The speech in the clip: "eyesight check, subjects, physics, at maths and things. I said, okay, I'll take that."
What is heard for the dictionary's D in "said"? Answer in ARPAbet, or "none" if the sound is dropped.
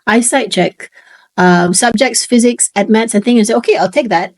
none